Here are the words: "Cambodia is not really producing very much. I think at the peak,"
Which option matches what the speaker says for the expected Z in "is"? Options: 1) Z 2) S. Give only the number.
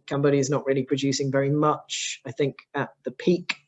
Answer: 1